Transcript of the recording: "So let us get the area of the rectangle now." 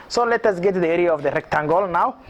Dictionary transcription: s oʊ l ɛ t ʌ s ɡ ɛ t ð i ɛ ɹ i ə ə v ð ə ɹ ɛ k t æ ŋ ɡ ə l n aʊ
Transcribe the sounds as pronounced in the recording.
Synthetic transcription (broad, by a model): s oʊ l ɛ t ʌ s ɡ ɛ t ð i ɛ ɹ i ə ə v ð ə ɹ ɛ k t æ ŋ ɡ ə l n aʊ